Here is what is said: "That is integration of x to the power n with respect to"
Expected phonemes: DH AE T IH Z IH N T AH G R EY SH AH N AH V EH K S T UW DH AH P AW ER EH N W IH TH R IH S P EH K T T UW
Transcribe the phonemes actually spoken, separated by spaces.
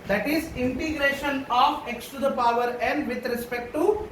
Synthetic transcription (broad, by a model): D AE T IH Z IH N T AH G R EY SH AH N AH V EH K S T UW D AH P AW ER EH N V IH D R IH S P EH K T T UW